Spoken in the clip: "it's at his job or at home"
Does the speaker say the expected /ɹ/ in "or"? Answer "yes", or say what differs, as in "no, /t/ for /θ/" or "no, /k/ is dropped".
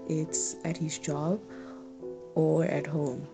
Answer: yes